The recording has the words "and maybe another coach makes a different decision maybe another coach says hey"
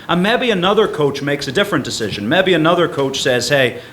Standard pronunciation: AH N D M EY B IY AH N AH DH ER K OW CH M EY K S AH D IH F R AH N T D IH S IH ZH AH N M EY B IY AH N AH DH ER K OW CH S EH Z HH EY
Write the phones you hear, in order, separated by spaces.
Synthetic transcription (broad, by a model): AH N M EY B IY AH N AH DH ER K OW CH M EY K S AH D IH F R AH N D IH S IH ZH AH N M EY B IY AH N AH DH ER K OW CH S EH Z HH EY